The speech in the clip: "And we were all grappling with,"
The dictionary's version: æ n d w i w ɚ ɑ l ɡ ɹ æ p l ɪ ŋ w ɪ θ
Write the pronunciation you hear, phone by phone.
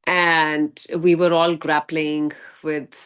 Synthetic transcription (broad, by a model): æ n d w i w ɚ ɑ l ɡ ɹ æ p l ɪ ŋ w ɪ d